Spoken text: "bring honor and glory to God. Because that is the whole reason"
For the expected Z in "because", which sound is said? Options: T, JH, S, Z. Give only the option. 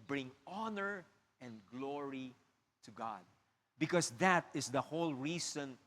S